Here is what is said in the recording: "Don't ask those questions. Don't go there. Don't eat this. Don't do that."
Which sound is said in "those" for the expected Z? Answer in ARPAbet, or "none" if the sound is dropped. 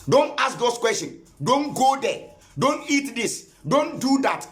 S